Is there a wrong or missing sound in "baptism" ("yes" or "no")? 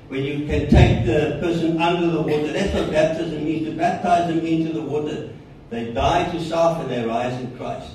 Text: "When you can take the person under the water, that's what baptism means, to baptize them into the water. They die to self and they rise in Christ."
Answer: no